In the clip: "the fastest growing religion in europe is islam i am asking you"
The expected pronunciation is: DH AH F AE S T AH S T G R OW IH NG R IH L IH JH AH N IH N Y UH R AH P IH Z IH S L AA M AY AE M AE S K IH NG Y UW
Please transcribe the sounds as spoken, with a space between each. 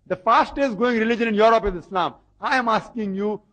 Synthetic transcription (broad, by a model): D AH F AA S T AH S G OW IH NG R IH L IH JH AH N IH N Y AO R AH P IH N IH S L AA M AY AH M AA S K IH NG Y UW